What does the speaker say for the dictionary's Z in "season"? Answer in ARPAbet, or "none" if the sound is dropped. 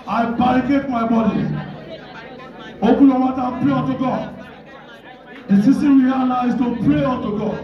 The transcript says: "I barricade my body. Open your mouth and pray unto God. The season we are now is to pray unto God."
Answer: S